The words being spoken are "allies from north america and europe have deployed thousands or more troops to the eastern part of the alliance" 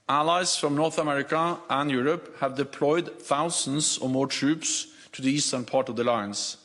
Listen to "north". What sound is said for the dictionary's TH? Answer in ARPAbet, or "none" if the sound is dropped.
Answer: TH